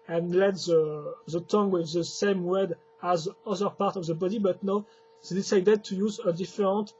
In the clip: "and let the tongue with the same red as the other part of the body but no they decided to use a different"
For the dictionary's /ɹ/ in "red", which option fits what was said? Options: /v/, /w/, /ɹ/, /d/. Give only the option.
/w/